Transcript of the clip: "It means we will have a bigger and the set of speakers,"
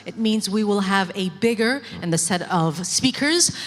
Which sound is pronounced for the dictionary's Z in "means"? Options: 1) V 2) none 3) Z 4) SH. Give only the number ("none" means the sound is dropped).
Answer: 3